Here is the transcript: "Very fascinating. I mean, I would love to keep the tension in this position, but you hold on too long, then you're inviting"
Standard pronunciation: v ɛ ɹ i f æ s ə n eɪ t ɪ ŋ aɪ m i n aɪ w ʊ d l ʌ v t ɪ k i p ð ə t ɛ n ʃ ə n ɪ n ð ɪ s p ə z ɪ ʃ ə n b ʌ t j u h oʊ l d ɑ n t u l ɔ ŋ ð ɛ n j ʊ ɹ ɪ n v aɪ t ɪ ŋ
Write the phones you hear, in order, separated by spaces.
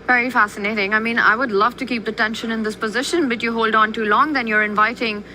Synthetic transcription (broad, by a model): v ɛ ɹ i f æ s ə n eɪ t ɪ ŋ aɪ m i n aɪ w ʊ d l ʌ v t ɪ k i p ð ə t ɛ n ʃ ə n ɪ n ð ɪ s p ə z ɪ ʃ ə n b ʌ t j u h oʊ l d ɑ n t u l ɔ ŋ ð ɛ n j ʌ ɹ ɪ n v aɪ t ɪ ŋ